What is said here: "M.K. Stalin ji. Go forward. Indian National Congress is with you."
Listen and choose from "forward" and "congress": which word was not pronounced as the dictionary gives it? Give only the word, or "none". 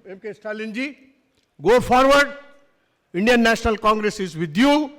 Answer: forward